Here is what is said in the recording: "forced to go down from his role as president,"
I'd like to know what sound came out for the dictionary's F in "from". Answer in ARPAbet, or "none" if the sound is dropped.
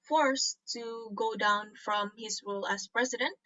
F